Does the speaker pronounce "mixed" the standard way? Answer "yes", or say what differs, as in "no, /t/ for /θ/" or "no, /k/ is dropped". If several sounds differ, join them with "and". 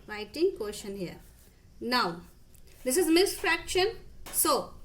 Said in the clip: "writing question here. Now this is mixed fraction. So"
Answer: no, /k/ is dropped